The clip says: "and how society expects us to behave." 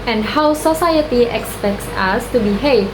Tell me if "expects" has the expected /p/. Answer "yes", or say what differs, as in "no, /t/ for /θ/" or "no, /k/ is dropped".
yes